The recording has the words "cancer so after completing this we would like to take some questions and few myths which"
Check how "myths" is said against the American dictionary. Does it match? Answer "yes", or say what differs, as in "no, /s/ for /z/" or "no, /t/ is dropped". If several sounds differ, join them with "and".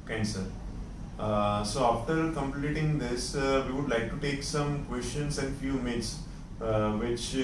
no, /t/ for /θ/